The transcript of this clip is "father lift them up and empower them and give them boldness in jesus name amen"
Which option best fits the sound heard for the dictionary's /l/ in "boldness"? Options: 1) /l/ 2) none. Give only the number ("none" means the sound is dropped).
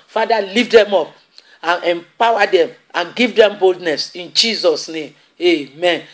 1